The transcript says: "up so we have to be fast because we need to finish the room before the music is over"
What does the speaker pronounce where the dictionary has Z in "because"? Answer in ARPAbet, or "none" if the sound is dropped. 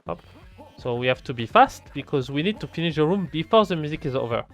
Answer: Z